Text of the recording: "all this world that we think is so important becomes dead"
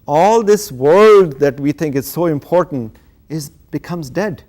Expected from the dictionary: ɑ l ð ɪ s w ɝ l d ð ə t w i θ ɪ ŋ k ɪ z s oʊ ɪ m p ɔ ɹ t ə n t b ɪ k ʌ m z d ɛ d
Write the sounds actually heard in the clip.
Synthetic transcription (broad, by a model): ɑ l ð ɪ s w ɝ l d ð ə t w i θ ɪ ŋ k ɪ z s oʊ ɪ m p ɔ ɹ t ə n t b ɪ k ʌ m z d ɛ d